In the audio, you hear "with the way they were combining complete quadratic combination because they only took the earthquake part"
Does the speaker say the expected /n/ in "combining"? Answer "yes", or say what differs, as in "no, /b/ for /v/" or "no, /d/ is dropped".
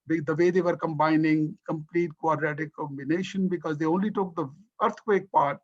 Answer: yes